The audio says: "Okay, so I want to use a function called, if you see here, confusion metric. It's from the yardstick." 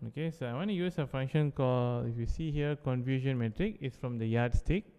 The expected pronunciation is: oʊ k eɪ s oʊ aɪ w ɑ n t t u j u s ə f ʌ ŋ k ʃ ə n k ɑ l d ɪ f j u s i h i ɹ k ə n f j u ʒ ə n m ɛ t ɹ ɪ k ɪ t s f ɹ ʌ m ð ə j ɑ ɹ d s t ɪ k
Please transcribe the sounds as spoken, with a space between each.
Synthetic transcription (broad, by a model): oʊ k eɪ s oʊ aɪ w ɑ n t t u j u s ə f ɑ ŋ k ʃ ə n k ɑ l ɪ f j u s i h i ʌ k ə n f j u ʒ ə n m ɛ t ɹ ɪ k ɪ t s f ɹ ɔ m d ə j ɑ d s t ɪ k